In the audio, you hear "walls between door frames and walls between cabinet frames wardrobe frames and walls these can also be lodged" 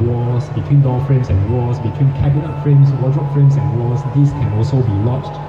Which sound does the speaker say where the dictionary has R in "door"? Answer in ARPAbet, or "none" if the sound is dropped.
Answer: L